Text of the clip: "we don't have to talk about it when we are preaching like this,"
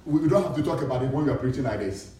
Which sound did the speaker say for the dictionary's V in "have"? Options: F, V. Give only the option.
F